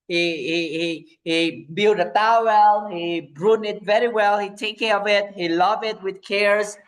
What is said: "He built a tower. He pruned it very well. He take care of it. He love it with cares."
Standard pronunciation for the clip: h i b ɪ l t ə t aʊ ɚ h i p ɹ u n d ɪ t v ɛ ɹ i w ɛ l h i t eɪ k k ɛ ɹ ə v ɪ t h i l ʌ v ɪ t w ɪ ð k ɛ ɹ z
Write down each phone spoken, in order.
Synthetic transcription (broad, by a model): h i b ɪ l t ə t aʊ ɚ h i b ɹ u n ɪ t v ɛ ɹ i w ɛ l h i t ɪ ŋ k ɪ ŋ ə v ɪ t h i l ʌ v ɪ t w ɪ ð k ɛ ɹ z